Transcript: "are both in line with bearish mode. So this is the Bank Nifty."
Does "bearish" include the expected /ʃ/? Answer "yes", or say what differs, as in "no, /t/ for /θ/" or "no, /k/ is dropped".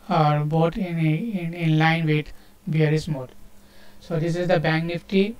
no, /s/ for /ʃ/